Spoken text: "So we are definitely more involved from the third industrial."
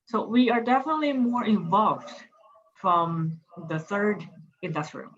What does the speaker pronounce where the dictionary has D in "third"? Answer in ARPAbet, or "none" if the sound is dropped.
D